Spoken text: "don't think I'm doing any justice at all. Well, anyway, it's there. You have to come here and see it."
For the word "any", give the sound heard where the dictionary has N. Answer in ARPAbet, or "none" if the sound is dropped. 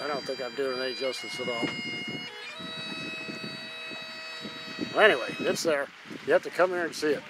none